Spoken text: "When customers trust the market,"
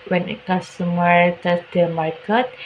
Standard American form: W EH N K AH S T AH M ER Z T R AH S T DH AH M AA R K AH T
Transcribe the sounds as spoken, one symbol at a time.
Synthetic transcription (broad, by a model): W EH N K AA S T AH M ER T AH T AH M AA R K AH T